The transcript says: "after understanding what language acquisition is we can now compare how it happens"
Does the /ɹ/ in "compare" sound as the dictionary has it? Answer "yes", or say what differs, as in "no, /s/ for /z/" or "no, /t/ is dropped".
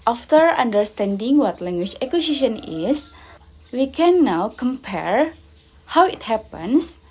yes